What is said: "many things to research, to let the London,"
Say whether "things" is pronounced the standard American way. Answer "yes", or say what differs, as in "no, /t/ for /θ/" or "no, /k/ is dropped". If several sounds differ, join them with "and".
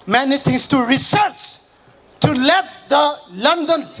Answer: no, /t/ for /θ/